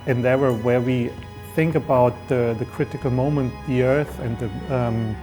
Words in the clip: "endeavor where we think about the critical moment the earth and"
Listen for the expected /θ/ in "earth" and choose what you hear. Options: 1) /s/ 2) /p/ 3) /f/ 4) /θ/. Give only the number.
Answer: 4